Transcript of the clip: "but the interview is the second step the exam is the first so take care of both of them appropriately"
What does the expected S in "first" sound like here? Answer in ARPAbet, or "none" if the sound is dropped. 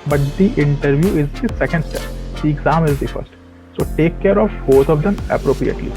S